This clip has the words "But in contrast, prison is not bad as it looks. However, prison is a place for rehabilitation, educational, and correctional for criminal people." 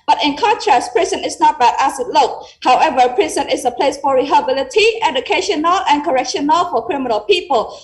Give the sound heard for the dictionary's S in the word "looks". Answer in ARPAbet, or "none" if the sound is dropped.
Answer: none